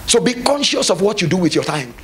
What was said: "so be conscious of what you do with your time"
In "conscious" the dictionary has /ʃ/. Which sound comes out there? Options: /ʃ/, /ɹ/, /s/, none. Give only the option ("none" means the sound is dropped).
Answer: /ʃ/